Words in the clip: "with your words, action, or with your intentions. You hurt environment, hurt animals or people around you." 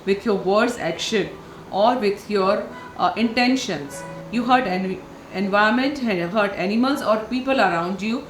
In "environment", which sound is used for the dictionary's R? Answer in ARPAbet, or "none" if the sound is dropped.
none